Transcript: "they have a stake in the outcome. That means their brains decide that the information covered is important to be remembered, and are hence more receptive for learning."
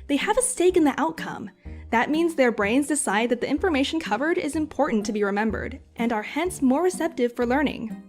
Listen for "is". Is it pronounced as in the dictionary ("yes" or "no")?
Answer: yes